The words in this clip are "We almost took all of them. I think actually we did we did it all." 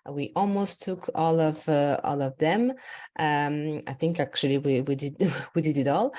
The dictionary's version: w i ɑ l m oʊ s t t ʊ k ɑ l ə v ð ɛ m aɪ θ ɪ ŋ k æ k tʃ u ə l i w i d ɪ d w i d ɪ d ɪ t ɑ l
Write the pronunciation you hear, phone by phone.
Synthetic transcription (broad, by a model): w i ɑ l m oʊ s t t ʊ k ɑ l ə v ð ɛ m aɪ θ ɪ ŋ k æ k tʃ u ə w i w i d ɪ d w i d ɪ d ɪ t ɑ l